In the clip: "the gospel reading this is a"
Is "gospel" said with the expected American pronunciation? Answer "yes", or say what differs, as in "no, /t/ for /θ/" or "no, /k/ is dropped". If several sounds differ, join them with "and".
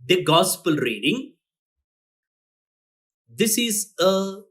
yes